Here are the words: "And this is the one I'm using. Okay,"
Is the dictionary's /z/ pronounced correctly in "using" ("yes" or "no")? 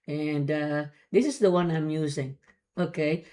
yes